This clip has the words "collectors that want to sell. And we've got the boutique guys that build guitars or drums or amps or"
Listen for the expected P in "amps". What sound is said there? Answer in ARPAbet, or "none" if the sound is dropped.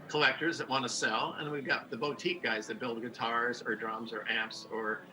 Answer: P